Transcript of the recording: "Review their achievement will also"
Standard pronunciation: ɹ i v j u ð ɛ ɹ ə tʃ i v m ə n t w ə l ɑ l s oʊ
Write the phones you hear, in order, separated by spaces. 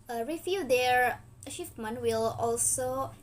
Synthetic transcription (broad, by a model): ɹ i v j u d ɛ ɹ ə ʃ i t m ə n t w ə l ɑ l s oʊ